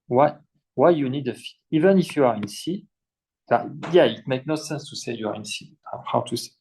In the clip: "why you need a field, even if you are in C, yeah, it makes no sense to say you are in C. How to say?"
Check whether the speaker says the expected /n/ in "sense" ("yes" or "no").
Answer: yes